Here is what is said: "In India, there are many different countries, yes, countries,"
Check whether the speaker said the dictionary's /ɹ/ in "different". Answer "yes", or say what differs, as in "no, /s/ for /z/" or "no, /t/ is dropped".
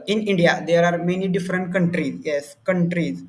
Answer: yes